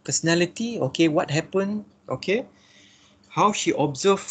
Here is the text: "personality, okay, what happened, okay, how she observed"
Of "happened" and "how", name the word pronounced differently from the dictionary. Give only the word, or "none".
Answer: happened